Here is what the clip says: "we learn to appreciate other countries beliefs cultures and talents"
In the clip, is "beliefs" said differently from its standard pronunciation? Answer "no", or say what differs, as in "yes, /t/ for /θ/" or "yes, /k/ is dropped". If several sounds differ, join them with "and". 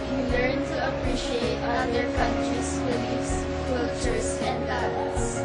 yes, /f/ is dropped